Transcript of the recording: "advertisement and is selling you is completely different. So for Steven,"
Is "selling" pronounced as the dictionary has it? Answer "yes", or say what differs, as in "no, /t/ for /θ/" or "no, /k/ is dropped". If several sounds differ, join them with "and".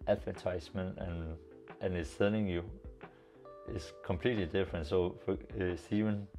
no, /n/ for /l/